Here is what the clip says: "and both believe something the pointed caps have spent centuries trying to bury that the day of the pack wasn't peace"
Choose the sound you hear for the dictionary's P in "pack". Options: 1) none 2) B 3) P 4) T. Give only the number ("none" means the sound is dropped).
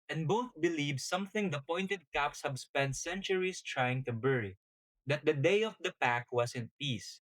3